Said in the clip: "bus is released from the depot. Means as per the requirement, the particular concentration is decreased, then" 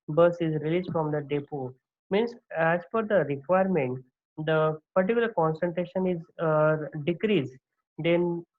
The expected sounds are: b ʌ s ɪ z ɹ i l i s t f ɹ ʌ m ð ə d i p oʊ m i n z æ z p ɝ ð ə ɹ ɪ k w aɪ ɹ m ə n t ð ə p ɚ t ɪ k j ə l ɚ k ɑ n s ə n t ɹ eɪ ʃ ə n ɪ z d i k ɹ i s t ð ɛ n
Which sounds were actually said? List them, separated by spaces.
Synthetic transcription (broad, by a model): b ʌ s ɪ z ɹ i l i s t f ɹ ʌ m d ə d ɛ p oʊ m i n s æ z f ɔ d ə ɹ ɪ k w aɪ ɹ m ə n t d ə p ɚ t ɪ k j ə l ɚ k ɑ n s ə n t ɹ eɪ ʃ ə n ɪ z d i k ɹ i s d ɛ n